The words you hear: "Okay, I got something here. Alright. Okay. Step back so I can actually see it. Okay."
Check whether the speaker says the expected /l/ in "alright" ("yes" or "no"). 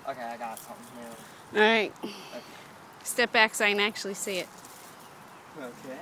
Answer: no